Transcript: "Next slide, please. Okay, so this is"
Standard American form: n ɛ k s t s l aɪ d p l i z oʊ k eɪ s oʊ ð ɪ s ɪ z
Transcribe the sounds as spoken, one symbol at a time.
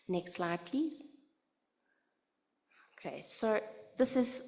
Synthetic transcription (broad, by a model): n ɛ k s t s l aɪ d p l i z oʊ k eɪ s oʊ ð ɪ s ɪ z